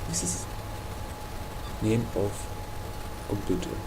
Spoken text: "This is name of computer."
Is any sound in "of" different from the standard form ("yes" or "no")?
yes